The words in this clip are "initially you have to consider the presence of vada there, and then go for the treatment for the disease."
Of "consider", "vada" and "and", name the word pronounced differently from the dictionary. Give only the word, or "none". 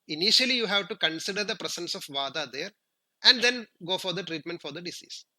none